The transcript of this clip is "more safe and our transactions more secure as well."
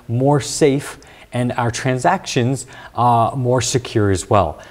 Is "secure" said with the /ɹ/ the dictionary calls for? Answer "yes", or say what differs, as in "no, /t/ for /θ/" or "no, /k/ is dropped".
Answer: yes